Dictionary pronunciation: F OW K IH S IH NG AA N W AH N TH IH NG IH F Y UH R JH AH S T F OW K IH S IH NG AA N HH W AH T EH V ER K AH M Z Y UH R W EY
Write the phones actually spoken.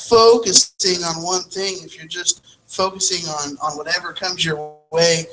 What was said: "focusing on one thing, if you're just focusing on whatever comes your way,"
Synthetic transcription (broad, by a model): F OW K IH S IH NG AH N W AH N TH IH NG IH F Y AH R JH AH S T F OW K IH S IH NG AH N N W AH T EH V ER K AH M Z Y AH R W EY